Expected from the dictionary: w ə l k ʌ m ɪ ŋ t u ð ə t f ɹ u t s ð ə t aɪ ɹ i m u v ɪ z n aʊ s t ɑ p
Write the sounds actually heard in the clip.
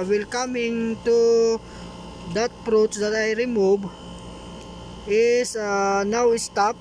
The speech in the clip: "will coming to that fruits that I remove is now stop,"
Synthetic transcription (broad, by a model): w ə l k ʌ m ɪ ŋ t u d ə t p ɹ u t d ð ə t aɪ ɹ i m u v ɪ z n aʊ s t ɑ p